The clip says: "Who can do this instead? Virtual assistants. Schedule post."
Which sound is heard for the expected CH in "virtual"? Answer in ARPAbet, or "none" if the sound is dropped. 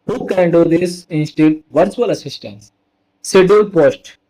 S